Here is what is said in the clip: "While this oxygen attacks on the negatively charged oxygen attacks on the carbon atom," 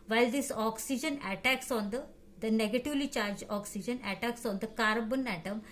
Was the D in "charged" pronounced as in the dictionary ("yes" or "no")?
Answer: no